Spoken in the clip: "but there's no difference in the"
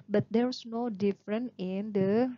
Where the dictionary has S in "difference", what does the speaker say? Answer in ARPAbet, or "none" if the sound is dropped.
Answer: none